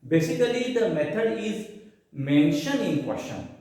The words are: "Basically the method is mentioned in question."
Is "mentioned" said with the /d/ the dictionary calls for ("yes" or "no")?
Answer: no